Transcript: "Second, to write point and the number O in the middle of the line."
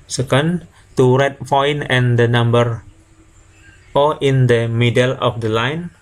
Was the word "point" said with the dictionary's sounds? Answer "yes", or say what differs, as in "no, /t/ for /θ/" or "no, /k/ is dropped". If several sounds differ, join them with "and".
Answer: no, /t/ is dropped